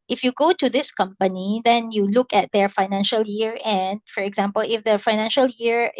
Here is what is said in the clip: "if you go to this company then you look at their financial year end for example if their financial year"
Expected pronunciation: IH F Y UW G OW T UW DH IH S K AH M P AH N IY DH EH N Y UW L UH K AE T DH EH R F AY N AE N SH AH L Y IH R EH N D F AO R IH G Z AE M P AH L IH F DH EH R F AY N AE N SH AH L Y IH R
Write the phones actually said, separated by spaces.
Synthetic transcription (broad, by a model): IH F Y UW G OW T UW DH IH S K AH M P AH N IY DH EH N Y UW L UH K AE T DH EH R F AY N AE N SH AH L Y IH R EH N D F AO R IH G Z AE M P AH L IH F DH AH F AY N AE N SH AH L Y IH R